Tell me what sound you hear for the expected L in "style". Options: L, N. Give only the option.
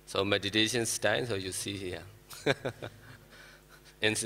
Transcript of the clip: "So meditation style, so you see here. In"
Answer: N